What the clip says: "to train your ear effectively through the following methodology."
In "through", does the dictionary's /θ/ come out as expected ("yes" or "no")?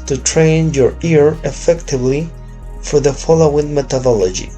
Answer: no